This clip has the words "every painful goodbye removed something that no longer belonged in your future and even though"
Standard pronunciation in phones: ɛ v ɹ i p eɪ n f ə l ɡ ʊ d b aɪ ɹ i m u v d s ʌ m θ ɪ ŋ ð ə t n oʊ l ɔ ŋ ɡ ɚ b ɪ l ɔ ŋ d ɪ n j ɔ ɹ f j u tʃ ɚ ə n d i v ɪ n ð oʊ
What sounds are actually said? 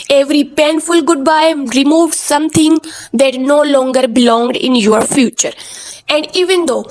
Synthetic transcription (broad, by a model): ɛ v ɹ i p eɪ n f ə l ɡ ʊ d b aɪ ɹ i m u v s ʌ m t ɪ ŋ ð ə t n oʊ l ɔ ŋ ɡ ɚ b ɪ l ɔ ŋ d ɪ n j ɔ ɹ f j u tʃ ɚ ə n d i v ɪ n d oʊ